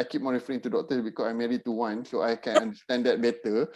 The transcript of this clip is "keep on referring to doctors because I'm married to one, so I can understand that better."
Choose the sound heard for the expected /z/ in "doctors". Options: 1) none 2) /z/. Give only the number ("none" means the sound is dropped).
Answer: 1